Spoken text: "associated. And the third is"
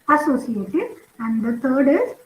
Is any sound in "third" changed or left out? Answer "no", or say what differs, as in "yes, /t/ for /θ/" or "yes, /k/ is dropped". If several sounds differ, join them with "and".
yes, /t/ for /θ/